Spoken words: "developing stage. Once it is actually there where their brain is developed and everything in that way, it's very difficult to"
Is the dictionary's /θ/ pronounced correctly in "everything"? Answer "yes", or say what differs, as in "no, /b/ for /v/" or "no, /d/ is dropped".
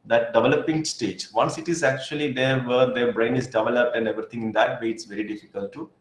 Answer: no, /t/ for /θ/